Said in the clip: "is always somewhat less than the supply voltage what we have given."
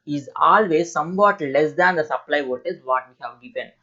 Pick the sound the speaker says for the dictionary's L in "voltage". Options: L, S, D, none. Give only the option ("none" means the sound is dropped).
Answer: none